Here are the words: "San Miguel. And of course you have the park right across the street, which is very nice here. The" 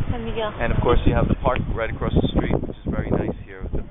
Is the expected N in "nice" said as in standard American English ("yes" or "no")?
yes